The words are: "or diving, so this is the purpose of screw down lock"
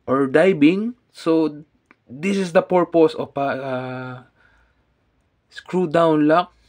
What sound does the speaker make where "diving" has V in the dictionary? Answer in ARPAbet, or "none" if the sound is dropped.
B